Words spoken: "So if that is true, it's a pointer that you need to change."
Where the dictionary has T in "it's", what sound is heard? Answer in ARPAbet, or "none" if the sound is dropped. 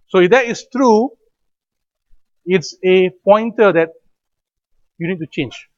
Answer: T